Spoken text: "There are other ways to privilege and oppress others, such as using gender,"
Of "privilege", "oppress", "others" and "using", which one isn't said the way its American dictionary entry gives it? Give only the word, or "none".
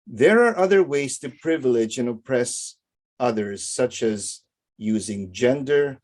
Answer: none